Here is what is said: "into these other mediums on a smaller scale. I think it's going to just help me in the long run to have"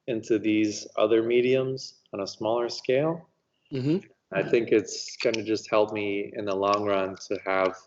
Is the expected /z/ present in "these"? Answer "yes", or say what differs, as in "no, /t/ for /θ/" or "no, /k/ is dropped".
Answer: yes